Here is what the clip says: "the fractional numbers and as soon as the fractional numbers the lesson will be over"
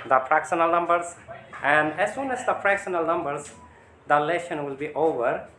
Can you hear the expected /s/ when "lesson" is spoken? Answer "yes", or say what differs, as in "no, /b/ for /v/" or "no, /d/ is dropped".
no, /ʃ/ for /s/